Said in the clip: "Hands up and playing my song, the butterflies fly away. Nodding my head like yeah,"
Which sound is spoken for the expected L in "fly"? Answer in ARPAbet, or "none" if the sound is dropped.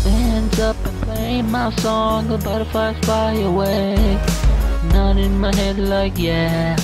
none